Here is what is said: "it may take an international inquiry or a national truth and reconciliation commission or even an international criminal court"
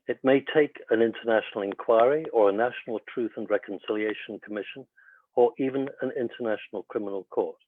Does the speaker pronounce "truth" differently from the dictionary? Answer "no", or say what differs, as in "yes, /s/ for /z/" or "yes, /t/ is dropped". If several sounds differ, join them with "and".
no